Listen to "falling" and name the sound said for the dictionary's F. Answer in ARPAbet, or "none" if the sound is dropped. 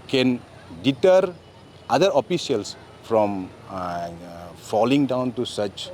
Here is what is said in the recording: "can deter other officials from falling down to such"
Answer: F